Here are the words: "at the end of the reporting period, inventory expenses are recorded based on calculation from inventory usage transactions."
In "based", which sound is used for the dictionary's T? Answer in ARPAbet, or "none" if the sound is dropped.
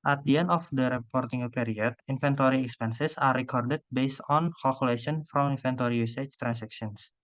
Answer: T